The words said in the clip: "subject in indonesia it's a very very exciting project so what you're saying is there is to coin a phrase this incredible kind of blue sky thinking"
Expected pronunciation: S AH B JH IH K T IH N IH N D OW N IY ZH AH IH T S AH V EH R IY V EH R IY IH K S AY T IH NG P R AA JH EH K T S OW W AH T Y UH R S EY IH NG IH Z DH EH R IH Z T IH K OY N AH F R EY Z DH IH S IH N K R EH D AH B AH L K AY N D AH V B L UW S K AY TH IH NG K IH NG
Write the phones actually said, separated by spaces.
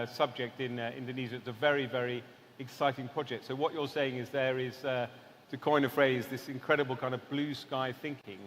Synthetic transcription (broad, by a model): S AH B JH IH K T IH N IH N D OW N IY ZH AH IH T S AH V EH R IY V EH R IY IH K S AY T IH NG P R AA JH EH K T S OW W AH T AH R S EY IH NG IH Z DH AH R IH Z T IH K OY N AH F R EY Z DH IH S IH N K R EH D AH B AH L K AY N D AH V B L UW S K AY TH IH NG K IH NG